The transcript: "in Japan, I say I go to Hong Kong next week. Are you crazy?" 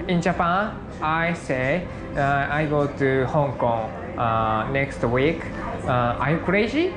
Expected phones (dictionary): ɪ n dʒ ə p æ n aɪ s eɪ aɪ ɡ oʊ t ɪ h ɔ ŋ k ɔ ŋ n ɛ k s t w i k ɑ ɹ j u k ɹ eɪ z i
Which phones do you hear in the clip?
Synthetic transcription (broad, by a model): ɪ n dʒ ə p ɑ aɪ s eɪ aɪ ɡ oʊ t ɪ h ɔ ŋ k ɔ ŋ n ɛ k s t w i k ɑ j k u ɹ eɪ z i